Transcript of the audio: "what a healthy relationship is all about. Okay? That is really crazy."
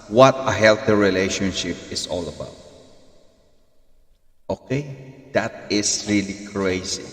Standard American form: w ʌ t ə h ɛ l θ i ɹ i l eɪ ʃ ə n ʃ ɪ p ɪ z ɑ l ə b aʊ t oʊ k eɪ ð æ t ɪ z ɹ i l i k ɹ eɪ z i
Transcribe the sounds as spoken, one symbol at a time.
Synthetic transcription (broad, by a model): w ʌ t ə h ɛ l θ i ɹ i l eɪ ʃ ə n ʃ ɪ p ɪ s ɑ l ə b aʊ t oʊ k eɪ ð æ t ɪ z ɹ i l i k ɹ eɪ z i